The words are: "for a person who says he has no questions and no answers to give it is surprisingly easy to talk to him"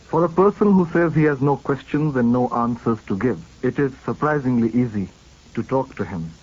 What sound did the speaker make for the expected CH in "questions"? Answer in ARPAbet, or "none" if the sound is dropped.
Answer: CH